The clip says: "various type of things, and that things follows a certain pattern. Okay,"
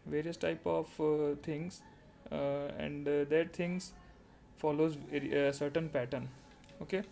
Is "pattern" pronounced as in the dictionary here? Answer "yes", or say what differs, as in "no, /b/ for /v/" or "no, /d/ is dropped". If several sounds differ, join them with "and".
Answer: yes